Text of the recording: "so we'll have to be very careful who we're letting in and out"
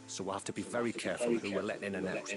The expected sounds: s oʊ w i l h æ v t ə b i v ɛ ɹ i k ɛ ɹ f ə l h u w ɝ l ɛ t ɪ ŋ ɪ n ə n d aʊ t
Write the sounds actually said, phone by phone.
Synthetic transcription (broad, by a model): s oʊ w i l h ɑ f t ə b i v ɛ ɹ i k ɛ ɹ f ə l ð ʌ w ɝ l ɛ t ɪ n ɪ n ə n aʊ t